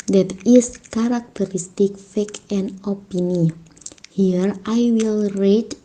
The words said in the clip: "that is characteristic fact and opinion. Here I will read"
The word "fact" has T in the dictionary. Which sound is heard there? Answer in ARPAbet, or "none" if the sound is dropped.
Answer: none